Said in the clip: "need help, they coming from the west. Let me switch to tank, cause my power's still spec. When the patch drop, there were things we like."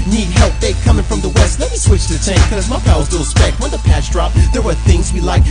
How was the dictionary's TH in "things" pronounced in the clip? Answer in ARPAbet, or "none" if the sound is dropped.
TH